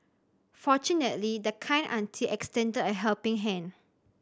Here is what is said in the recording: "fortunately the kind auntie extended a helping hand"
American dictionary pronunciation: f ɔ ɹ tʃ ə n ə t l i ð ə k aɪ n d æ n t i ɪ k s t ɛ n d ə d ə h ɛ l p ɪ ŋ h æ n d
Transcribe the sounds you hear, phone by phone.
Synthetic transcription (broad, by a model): f ɔ tʃ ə n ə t l i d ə k aɪ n ɑ n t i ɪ k s t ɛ n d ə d ə h ɛ l p ɪ ŋ h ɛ n